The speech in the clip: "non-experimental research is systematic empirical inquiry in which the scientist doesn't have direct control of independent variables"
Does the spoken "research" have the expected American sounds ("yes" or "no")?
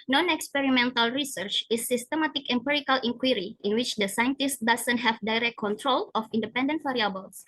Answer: yes